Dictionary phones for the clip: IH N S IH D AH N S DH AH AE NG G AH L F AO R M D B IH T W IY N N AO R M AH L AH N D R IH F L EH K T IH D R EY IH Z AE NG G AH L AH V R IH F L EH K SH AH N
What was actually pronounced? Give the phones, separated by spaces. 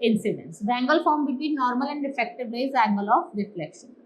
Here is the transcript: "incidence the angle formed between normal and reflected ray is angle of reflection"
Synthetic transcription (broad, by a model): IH N S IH D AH N S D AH AE NG G AH L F AO R M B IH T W IY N N AO R M AH L AH N D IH F EH K T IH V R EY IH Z AE NG G AH L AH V R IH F L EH K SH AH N